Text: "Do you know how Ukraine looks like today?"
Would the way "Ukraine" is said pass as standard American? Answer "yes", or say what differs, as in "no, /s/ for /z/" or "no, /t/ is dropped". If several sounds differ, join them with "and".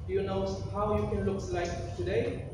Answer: no, /ɹ/ is dropped